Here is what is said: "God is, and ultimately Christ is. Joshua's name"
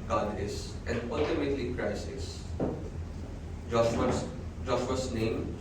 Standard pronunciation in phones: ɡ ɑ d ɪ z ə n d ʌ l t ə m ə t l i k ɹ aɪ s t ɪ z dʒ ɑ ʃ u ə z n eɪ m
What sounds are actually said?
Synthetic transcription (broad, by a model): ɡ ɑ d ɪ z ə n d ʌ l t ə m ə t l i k ɹ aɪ s ɪ s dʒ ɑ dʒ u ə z n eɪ m